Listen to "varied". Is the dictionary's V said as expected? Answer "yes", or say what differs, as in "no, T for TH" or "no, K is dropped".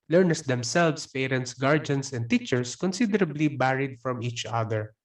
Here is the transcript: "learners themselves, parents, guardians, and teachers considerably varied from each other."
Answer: no, B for V